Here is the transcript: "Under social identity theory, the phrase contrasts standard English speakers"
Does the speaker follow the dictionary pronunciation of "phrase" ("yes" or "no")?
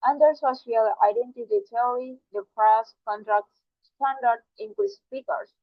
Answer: no